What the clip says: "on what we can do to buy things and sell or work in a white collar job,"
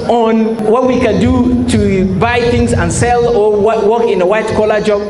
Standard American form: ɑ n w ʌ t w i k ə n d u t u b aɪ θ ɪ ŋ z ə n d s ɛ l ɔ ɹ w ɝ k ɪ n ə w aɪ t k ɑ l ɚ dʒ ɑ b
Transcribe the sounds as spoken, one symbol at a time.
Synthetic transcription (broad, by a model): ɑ n w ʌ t w i k ə n d u t u b aɪ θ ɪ ŋ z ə n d s ɛ l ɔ w w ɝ k ɪ n ə w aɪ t k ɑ l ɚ dʒ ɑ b